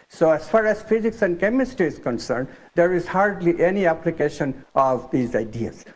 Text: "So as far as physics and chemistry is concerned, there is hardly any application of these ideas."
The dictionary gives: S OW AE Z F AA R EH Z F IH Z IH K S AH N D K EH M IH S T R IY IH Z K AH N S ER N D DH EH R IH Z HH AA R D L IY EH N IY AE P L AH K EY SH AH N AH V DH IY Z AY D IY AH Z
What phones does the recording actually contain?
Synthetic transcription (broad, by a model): S OW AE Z F AA R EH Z F IH Z IH K S AH N D K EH M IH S T IY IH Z K AH N S ER N D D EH R IH Z HH AA R D L IY EH N IY AE P L AH K EY SH AH N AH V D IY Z AY D IY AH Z